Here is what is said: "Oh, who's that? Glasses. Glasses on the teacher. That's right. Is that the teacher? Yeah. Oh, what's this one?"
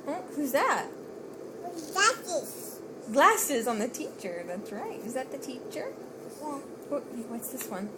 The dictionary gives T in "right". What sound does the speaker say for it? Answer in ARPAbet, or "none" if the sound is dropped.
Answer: T